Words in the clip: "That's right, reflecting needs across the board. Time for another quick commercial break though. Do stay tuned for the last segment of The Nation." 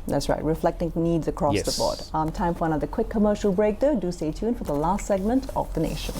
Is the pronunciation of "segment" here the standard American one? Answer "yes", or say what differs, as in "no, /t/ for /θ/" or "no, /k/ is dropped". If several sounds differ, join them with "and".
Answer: yes